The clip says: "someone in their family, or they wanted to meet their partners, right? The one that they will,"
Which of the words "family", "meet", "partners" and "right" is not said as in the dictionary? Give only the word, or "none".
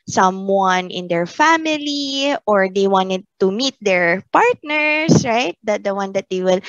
partners